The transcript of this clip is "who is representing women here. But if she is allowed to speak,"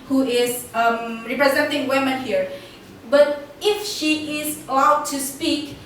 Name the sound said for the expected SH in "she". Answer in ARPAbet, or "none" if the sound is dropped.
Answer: SH